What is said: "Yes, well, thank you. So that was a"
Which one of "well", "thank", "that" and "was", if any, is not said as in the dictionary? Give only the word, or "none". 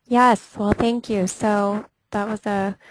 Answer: none